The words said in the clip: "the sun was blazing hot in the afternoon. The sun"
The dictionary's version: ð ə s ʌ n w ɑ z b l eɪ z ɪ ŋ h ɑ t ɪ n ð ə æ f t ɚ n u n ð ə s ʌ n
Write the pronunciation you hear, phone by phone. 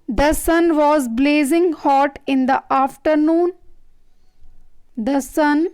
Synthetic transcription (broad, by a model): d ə s ʌ n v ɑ z b l eɪ z ɪ ŋ h ɑ t ɪ n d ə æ f t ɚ n u n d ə s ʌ n